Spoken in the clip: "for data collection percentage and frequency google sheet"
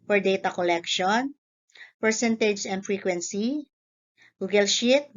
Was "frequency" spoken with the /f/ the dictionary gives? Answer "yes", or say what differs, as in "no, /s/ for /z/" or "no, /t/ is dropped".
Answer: yes